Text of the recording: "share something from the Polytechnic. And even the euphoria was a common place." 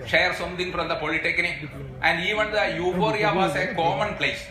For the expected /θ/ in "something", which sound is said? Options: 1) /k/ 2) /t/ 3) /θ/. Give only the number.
2